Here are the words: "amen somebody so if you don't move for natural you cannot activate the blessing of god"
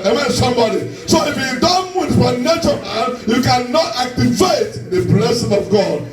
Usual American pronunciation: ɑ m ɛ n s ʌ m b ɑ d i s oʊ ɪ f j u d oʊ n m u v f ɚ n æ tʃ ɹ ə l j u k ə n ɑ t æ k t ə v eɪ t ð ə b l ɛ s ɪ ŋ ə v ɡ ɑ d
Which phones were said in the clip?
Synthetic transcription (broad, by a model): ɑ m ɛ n s ʌ m b ɑ d i s oʊ ɪ f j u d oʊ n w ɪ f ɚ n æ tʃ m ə n j u k ə n ɑ t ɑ k t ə v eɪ t ð ə b l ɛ s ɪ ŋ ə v ɡ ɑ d